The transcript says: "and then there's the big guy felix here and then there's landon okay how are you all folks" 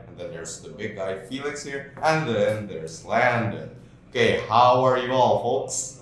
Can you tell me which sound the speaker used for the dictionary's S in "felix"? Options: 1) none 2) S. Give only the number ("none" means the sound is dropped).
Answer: 2